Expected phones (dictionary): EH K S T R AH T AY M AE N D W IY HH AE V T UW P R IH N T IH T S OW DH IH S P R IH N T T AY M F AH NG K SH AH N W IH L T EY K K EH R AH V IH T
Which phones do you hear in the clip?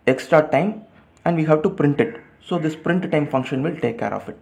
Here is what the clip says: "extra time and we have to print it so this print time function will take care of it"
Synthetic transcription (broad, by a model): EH K S T R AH T AY M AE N D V IY HH AE V T UW P R IH N T IH T S OW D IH S P R IH N T T AY M F AH NG K SH AH N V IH L T EY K K EH R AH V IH T